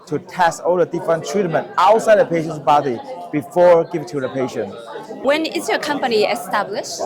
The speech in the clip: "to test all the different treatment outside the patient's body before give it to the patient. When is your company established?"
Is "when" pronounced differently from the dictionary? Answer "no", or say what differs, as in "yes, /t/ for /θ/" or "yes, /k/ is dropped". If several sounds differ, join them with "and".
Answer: no